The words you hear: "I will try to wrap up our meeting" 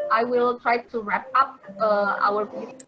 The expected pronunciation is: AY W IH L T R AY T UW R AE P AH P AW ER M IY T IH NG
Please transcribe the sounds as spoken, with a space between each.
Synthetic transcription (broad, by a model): AY W IH L T R AY T UW R AE P AH P AW ER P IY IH